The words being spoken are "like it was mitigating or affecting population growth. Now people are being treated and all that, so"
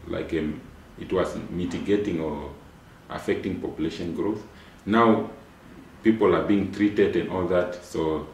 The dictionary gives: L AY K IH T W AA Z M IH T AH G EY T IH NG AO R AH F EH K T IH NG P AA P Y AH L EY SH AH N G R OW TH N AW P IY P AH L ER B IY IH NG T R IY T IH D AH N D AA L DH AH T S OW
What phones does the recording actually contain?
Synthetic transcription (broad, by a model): L AY K IH T W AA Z M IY T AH G EY T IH NG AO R AH F EH K T IH NG P AA P Y AH L EY SH AH N G R OW TH N AW P IY P AH L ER B IY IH NG T R IY T IH D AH N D AA L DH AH T S OW